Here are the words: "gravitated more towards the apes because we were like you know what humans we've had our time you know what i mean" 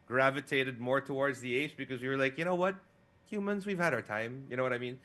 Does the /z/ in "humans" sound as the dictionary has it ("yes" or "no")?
yes